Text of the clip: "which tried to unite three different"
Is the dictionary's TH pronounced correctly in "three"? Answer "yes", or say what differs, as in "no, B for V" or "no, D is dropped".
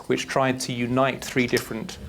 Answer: yes